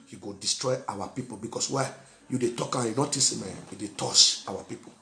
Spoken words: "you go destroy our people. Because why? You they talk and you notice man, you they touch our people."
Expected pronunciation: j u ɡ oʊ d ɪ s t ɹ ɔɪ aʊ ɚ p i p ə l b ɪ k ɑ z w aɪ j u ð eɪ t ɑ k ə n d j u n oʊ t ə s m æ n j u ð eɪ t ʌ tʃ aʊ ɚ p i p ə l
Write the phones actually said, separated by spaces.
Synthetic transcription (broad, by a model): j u ɡ oʊ d ɪ s t ɹ ɔɪ aʊ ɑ p i p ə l b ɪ k ɑ s w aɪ j u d eɪ t ɑ k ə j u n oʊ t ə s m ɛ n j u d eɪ t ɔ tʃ aʊ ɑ p i p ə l